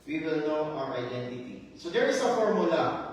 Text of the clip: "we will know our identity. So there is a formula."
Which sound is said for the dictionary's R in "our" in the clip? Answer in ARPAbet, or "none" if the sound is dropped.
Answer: W